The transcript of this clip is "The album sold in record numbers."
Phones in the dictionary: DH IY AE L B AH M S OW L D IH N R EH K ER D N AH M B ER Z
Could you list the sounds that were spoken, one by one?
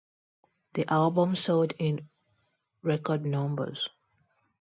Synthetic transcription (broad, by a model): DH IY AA L B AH M S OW D IH N R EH K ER D N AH M B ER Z